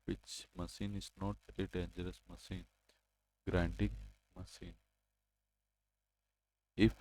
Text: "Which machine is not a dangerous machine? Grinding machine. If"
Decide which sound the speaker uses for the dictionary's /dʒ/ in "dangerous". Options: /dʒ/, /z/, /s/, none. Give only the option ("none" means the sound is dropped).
/dʒ/